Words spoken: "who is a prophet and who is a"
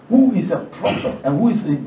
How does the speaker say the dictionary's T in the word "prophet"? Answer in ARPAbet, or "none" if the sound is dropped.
none